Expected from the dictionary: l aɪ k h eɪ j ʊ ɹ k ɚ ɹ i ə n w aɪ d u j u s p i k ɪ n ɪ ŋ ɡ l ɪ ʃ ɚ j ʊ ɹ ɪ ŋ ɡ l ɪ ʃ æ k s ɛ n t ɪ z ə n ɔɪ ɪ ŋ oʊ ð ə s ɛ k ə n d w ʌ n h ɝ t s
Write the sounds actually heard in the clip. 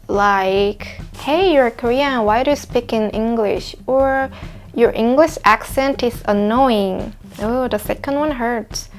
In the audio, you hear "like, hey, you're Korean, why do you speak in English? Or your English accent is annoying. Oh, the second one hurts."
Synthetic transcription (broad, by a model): l aɪ k h eɪ j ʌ ɹ k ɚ ɹ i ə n w aɪ d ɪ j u s p i k ɪ n ɪ ŋ ɡ l ɪ ʃ ɚ j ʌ ɹ ɪ ŋ ɡ l ɪ ʃ æ k s ɛ n t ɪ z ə n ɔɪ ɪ ŋ oʊ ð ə s ɛ k ə n d w ʌ n h ɝ t s